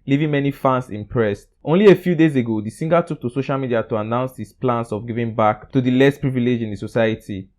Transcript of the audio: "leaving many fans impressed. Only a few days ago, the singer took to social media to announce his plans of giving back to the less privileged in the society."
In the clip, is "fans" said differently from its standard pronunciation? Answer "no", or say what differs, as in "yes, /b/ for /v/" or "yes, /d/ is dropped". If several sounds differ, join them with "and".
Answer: yes, /s/ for /z/